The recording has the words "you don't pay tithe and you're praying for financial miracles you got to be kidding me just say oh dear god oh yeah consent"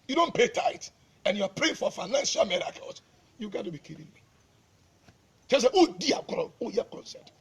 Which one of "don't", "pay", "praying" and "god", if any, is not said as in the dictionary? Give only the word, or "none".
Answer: god